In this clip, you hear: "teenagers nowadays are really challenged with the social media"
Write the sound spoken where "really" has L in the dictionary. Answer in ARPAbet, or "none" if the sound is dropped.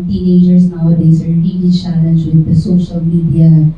N